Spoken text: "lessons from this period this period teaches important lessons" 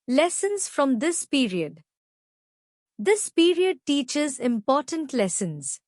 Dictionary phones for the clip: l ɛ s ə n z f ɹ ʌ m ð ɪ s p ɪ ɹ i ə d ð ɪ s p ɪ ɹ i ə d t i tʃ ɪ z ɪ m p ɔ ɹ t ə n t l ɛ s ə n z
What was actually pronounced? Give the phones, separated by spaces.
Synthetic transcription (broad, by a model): l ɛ s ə n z f ɹ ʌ m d ɪ s p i ɹ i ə d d ɪ s p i ɹ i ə d t i tʃ ɪ z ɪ m p ɔ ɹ t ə n t l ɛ s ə n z